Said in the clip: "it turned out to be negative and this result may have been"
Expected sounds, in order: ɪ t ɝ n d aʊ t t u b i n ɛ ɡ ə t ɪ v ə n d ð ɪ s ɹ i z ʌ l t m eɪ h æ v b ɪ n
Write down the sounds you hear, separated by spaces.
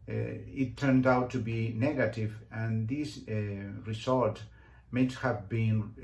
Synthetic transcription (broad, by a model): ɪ t ɝ n d aʊ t t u b i n ɛ ɡ ə t ɪ v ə n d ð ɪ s ɹ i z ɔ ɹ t m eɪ h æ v b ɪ n